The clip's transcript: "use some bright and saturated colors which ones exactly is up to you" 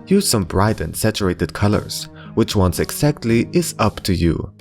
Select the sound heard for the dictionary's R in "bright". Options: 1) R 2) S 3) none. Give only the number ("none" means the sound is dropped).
1